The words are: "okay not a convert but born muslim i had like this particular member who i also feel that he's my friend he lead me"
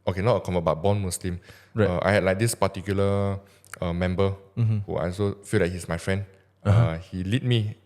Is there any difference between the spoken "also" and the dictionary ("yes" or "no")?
yes